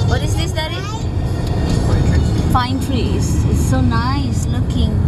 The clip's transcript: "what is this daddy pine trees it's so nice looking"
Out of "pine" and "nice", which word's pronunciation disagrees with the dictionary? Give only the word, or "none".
pine